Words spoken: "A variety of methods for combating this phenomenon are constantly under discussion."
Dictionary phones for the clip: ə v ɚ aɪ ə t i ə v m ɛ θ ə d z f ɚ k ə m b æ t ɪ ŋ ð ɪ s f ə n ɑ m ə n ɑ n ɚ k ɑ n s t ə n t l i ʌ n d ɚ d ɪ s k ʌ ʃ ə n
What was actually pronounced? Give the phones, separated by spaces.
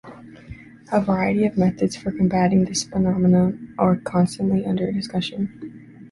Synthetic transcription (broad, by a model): ə v ɚ aɪ ə t i ə v m ɛ θ ə d z f ɚ k ə m b æ t ɪ ŋ ð ɪ s f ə n ɑ m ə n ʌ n ɚ k ɑ n s t ə n t l i ʌ n d ɚ d ɪ s k ʌ ʃ ə n